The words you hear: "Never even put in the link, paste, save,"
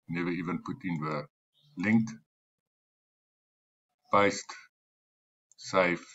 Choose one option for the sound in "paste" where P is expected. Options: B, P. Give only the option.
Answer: B